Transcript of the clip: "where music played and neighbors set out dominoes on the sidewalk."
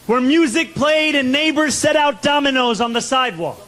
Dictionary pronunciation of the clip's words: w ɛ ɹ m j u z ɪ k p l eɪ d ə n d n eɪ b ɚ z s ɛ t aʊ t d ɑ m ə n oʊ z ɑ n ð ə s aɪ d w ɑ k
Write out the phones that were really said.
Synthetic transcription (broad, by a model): w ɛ ɹ m j u z ɪ k p l eɪ d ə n n eɪ b ɚ z s ɛ t aʊ t d ɑ m ə n oʊ z n ð ə s aɪ d w ɑ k